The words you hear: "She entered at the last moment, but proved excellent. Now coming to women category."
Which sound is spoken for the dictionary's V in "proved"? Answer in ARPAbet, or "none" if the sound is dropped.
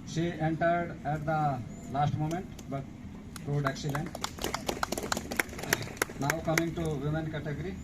none